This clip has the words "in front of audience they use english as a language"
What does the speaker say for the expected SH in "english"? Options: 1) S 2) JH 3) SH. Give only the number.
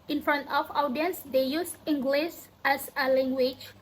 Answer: 1